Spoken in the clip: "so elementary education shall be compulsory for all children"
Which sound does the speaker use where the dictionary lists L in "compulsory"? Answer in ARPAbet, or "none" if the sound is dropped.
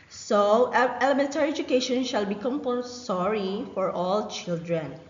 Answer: none